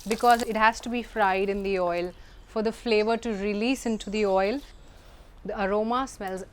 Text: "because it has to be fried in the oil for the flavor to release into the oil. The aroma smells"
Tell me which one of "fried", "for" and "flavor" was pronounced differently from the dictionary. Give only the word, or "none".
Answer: none